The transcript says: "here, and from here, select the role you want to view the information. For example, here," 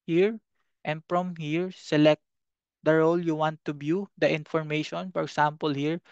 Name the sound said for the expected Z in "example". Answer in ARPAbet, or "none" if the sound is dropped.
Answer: S